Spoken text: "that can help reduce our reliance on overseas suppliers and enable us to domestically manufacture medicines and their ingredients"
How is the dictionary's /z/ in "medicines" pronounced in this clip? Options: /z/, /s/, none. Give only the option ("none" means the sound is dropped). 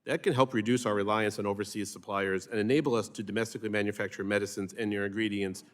/z/